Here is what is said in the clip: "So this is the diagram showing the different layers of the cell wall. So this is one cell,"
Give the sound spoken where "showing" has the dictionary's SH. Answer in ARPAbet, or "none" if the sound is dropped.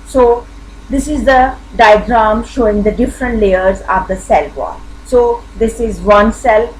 SH